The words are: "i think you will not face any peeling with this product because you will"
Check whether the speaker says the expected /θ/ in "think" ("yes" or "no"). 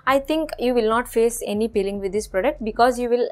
no